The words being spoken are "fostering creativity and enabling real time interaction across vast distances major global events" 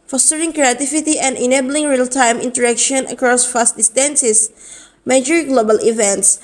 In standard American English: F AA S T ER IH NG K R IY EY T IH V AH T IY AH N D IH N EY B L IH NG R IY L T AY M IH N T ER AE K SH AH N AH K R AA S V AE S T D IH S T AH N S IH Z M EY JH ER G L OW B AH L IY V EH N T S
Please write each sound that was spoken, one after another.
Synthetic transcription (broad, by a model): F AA S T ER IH NG K R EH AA T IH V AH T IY AH N D IH N EY B L IH NG R IY L T AY M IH N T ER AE K SH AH N AH K R AA S F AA S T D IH S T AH N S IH S M EY JH ER G L OW B AH L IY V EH N T S